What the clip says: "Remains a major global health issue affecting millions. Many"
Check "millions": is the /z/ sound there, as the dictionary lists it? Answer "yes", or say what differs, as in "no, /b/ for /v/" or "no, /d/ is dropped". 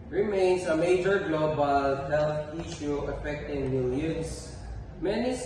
no, /s/ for /z/